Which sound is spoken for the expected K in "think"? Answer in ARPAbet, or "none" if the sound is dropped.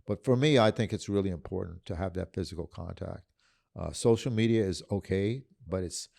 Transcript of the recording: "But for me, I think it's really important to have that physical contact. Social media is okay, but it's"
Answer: K